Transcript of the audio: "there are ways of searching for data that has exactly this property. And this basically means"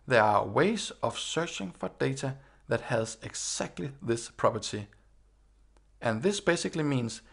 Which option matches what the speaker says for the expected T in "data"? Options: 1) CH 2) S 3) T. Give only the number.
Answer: 2